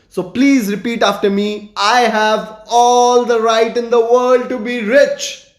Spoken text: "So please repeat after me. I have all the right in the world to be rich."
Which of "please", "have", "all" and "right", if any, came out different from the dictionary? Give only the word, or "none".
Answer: none